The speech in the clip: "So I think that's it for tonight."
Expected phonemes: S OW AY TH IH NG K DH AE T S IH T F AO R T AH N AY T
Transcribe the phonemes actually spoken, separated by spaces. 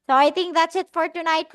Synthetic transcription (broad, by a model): S OW AY T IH NG K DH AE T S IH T F AO R T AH N AY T